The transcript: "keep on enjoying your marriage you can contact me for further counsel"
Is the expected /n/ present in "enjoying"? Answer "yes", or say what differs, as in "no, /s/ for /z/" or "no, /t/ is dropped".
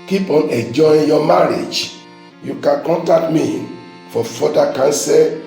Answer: no, /n/ is dropped